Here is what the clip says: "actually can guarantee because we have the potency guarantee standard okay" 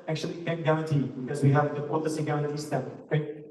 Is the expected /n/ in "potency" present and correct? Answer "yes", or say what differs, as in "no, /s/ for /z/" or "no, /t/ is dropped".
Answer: no, /n/ is dropped